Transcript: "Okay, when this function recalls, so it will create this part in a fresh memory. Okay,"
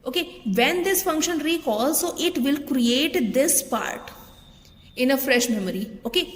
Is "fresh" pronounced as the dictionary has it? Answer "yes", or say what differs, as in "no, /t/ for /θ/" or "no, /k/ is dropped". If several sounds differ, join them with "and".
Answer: yes